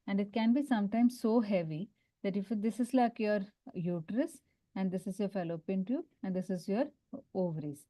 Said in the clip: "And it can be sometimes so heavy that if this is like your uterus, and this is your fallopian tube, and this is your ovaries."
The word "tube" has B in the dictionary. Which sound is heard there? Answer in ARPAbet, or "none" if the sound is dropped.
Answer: none